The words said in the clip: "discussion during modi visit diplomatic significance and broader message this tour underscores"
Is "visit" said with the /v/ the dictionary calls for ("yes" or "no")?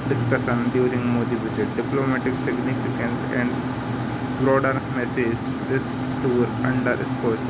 no